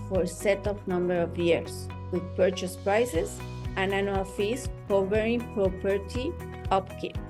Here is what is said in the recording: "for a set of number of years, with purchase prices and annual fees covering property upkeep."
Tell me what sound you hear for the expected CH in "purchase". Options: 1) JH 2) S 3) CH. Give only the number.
3